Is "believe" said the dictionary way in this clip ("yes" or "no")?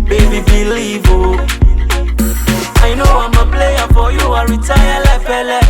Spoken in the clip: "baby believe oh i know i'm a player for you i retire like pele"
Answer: no